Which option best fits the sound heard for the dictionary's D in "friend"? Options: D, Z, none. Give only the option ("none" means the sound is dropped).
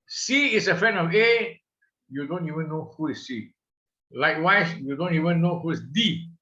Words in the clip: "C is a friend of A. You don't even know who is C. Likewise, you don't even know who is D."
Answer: none